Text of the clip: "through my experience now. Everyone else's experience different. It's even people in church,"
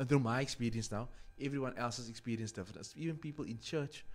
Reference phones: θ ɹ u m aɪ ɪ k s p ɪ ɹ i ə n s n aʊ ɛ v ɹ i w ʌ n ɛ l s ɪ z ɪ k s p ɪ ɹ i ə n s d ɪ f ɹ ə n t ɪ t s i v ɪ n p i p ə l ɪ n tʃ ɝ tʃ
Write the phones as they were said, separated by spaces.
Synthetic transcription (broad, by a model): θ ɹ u m aɪ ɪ k s p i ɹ i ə n s n aʊ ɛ v ɹ i w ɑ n ɛ l s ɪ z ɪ k s p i ɹ i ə n s d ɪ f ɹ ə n ɪ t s i v ɪ n p i p ə l ɪ n tʃ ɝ tʃ